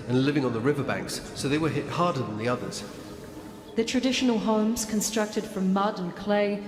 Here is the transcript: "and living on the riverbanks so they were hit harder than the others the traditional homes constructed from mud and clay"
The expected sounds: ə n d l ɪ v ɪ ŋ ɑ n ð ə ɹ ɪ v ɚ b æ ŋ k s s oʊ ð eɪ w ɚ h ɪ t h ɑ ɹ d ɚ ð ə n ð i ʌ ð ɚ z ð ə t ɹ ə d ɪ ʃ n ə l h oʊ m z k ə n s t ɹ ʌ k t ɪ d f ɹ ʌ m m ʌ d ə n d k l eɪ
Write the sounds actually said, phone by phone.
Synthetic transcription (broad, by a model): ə n l ɪ v ɪ ŋ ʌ n ð ə ɹ ɪ v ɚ b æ ŋ k s s oʊ ð eɪ w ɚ h ɪ t h ɑ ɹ d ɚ ð ə n ð i ʌ ð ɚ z ð ə t ɹ ə d ɪ ʃ n ə l h oʊ m z k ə n s t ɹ ʌ k t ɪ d f ɹ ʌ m m ʌ d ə n k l eɪ